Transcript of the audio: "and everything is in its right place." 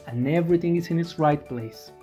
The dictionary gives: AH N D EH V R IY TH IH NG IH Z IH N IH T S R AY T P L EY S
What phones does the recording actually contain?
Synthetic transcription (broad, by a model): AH N EH V R IY TH IH NG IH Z IH N IH T S R AY T P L EY S